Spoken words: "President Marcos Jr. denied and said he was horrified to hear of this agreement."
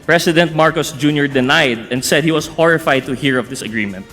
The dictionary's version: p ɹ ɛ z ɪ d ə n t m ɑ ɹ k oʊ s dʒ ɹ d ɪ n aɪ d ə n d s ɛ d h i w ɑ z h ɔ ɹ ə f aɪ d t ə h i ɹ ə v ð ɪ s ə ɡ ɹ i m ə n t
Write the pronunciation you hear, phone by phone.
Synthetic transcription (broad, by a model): p ɹ ɛ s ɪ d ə n t m ɑ ɹ k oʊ s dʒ ɹ d ɪ n aɪ d ə n d s ɛ d h i w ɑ s h ɔ ɹ ə f aɪ d t ə h i ɹ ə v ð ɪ s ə ɡ ɹ i m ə n t